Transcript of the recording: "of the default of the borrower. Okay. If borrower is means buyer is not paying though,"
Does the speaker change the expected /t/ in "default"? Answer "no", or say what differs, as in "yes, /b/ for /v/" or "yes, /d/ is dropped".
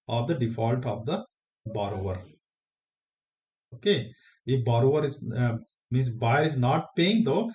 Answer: no